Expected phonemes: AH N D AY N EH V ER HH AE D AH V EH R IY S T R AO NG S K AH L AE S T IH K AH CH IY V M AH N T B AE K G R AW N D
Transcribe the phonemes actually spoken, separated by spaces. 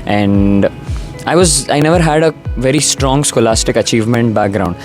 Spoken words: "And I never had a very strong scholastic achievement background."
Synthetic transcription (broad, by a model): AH N D AY N EH V ER HH AE D AH V EH R IY S T R AO NG S K AH L AE S T IH K AH CH IY V M AH N T B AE K G R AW N D